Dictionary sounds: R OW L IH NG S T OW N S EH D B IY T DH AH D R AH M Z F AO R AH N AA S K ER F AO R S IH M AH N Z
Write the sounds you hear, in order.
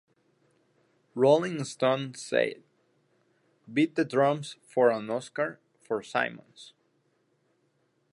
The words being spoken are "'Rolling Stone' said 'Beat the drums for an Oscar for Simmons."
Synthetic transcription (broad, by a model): R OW L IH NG S T OW N S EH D B IY T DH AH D R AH M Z F AO R AH N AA S K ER F AO R S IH M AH N S